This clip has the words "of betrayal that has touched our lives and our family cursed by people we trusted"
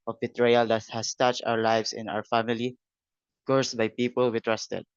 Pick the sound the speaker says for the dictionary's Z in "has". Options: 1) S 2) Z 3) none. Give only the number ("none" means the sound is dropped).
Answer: 1